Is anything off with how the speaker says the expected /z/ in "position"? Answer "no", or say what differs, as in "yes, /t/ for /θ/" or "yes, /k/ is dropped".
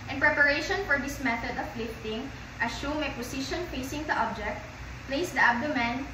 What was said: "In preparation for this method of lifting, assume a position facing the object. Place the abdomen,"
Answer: yes, /s/ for /z/